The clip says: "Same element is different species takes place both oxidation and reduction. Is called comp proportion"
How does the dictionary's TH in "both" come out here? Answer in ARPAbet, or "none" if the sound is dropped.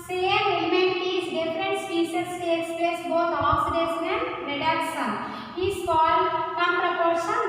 T